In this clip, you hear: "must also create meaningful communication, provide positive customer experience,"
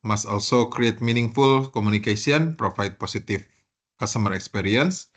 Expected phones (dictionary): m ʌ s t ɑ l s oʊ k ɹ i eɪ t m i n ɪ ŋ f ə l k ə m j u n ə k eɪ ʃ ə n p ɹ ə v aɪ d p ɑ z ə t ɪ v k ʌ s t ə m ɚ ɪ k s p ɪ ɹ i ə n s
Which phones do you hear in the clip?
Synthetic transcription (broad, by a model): m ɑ s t ɑ l s oʊ k ɹ i eɪ t m i n ɪ ŋ f ə l k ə m u n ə k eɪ s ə n p ɹ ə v aɪ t p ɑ s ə t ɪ f k ʌ s t ə m ɚ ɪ k s p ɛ ɹ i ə n s